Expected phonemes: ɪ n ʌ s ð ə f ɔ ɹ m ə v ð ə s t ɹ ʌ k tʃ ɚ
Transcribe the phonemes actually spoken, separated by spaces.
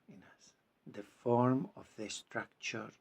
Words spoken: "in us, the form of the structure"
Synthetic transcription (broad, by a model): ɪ n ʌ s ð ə f ɔ ɹ m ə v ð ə s t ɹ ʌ k tʃ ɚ